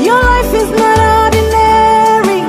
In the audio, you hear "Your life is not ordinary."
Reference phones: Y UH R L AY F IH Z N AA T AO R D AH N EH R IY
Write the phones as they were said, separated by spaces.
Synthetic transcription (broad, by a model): Y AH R L AY F IH Z N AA T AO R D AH N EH R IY